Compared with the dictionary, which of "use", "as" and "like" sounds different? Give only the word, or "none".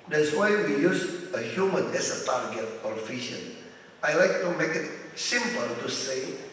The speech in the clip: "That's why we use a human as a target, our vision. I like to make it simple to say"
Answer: as